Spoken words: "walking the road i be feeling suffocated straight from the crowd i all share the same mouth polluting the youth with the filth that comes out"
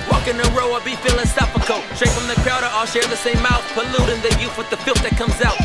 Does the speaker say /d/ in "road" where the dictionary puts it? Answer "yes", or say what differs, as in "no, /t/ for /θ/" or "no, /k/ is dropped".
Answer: no, /d/ is dropped